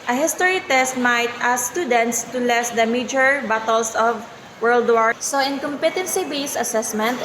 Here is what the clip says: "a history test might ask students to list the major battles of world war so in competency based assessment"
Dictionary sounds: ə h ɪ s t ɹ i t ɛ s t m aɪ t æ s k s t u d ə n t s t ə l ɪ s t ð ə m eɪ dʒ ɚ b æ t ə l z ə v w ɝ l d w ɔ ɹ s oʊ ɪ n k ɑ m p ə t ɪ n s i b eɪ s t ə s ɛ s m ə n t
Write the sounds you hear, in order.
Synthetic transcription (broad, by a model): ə h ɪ s t ɹ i t ɛ s t m aɪ t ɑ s s t u d ə n t s t ə l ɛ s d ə m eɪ dʒ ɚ b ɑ t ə l s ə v w ɝ l d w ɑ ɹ s oʊ ɪ n k ɑ m p ə t ɪ n s i b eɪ s ə s ɛ s m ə n t